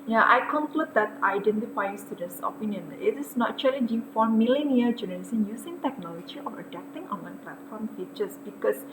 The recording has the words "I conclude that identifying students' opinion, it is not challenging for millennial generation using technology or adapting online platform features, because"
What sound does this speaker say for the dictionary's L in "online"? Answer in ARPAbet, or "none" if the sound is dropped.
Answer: none